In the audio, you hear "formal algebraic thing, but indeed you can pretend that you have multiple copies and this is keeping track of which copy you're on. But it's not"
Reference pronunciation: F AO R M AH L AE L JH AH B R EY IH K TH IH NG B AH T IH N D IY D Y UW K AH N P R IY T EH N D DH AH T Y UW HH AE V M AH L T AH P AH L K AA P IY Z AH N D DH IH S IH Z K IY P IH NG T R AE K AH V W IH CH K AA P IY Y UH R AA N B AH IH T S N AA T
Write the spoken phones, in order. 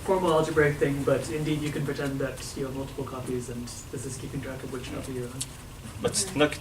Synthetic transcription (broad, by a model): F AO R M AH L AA L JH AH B R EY IH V TH IH NG B AH T IH N D IY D Y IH K AH N P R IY T EH N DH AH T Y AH M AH L T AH P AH L K AA P IY Z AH N DH IH S IH Z K IY P IH NG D R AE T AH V W IH CH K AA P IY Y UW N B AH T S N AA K